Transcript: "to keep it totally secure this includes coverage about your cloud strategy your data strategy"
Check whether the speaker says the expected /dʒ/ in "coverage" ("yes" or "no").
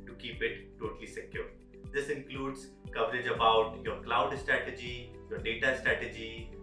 yes